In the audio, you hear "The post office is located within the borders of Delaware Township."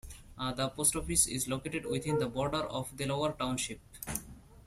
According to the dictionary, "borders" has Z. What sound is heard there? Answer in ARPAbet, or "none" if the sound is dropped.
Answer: none